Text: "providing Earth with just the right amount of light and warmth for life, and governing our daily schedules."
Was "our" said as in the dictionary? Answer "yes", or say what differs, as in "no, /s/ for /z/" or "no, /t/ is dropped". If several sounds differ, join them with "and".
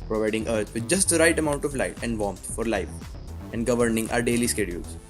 yes